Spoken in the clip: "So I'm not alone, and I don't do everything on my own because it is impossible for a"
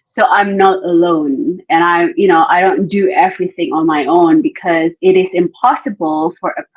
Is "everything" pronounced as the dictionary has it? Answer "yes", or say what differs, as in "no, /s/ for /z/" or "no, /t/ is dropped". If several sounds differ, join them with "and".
yes